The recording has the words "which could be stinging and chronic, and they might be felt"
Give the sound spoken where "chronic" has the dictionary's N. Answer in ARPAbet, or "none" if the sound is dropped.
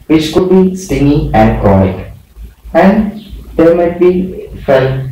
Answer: none